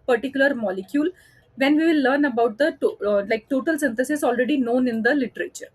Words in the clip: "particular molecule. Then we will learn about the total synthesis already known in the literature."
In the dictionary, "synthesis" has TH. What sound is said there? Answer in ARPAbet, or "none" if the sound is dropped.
T